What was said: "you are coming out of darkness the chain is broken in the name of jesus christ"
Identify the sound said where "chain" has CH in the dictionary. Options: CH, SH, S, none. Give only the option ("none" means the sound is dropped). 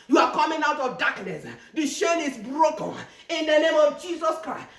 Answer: SH